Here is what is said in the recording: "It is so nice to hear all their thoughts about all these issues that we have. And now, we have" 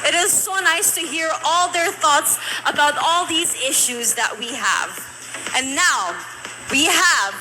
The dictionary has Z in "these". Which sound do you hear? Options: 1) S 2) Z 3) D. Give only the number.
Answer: 2